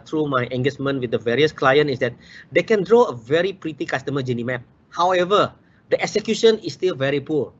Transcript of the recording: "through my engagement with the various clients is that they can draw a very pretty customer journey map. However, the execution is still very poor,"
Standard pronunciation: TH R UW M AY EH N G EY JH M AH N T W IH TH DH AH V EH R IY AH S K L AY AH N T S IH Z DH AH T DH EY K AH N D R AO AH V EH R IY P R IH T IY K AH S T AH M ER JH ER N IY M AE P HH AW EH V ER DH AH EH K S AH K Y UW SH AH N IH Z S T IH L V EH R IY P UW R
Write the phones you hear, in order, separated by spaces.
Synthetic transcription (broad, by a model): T R UW M AY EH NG G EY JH M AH N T W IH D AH V EH R IY AH S K L AY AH N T IH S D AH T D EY K AH N D R AO AH V EH R IY P R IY T IY K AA S T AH M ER JH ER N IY M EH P HH AW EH V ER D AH EH K S AH K Y UW SH AH N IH S T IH L V EH R IY P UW